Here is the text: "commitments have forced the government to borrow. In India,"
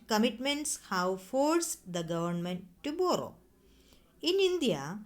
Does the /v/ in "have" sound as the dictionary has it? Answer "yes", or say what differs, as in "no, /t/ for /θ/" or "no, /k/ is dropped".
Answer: no, /w/ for /v/